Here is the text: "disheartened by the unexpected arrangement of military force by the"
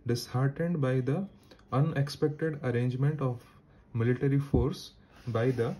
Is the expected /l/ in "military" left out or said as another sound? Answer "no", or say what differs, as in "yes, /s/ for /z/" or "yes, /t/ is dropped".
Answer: no